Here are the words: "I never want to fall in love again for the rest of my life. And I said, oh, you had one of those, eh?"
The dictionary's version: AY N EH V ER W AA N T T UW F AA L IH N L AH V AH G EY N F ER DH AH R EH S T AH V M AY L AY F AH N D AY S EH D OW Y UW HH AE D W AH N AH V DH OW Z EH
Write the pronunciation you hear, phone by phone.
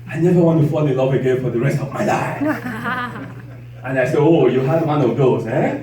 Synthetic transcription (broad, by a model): AY N EH V ER W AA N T T UW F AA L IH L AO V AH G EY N F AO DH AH R EH S T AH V M AY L AY AH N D AY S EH OW Y UW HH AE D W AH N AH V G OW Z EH